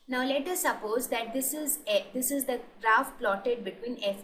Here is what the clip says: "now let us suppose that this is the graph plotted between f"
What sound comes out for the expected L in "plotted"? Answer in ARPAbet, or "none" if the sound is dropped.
L